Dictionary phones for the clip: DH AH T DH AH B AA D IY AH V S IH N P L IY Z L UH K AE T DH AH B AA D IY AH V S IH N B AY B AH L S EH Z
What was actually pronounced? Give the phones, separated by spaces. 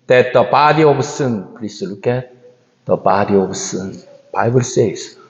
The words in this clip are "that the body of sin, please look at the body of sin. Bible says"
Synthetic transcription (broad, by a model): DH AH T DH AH B AA D IY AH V S IH N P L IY S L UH K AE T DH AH B AA D IY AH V S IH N B AY B AH L S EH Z